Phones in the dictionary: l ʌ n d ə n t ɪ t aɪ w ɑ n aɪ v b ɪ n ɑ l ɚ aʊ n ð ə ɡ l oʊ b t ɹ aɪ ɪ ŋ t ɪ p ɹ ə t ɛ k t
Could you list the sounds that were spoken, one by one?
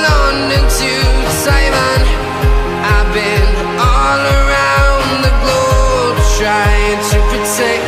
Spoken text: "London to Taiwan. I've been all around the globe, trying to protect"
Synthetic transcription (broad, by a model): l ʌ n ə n t ɪ s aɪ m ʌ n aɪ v b ɪ n ɑ l ɚ aʊ n ð ə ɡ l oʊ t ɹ aɪ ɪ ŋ t ɪ p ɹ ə t ɛ k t